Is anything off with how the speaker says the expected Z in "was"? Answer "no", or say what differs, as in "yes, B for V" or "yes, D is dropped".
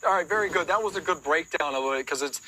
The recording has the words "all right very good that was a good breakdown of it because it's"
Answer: no